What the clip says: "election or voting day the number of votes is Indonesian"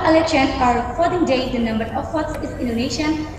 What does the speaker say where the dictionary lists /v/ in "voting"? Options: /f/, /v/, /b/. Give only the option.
/f/